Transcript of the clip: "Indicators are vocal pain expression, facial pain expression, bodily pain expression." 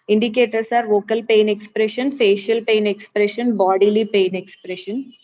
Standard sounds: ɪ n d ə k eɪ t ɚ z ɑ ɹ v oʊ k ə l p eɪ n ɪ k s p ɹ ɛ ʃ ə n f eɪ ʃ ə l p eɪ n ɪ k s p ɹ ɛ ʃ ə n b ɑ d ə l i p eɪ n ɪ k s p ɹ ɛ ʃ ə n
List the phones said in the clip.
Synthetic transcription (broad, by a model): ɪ n d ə k eɪ t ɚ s ɑ ɹ v oʊ k ə l p eɪ n ɪ k s p ɹ ɛ ʃ ə n f eɪ ʃ ə l p eɪ n ɪ k s p ɹ ɛ ʃ ə n b ɑ d ə l i p eɪ n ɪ k s p ɹ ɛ ʃ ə n